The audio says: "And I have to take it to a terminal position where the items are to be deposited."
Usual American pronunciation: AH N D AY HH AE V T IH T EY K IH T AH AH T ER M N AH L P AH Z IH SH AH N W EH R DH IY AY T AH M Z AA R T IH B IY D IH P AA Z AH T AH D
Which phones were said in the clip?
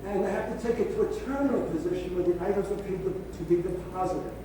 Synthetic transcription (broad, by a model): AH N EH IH HH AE F T IH T EY K IH T AH AH T ER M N L P AH Z IH SH AH N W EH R DH IY AY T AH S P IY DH T IH B IY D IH P AA Z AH T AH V